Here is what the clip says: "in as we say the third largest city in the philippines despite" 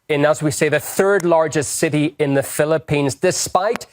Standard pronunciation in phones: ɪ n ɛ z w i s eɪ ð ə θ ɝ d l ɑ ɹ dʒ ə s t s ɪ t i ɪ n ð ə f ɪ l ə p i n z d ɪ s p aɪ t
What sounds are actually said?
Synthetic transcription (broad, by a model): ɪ n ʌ z w i s eɪ ð ə θ ɝ d l ɑ ɹ dʒ ə s t s ɪ t i ɪ n ð ə f ɪ l ə p i n z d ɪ s p aɪ t